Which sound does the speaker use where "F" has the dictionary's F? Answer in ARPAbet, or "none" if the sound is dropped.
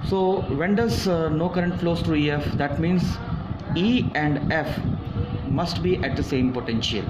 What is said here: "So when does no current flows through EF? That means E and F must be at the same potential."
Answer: F